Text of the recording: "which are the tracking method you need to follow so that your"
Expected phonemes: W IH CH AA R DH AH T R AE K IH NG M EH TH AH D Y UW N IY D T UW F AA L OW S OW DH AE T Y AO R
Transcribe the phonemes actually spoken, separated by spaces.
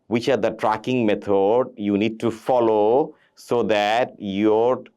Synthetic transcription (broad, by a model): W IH CH AA R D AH T R AE K IH NG M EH T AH D Y UW N IY D T UW F AA L OW S OW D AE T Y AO R